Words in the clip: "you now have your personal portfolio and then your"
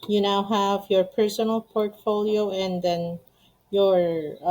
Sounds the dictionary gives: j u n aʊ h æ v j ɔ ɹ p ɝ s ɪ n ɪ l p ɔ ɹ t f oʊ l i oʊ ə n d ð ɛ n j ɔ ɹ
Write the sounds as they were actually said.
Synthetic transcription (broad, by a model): j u n aʊ h æ v j ɔ ɹ p ɝ s ɪ n ɪ l p ɔ ɹ t f oʊ l i oʊ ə n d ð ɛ n j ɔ ɹ